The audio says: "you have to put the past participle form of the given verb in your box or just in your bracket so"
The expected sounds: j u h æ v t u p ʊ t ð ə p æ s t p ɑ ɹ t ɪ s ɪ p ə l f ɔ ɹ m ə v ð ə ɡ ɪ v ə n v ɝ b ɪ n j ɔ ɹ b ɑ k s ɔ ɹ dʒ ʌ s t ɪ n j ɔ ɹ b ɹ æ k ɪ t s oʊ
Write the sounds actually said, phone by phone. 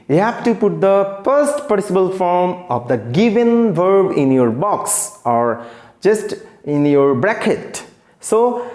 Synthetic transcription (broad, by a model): j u h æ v t u p ʊ t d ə f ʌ s t p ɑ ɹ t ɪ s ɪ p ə l f ɔ ɹ m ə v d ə ɡ ɪ v ə n v ɝ b ɪ n j ɔ ɹ b ɑ k s ɔ ɹ dʒ ʌ s t ɪ n j ɔ ɹ b ɹ æ k ɪ t s oʊ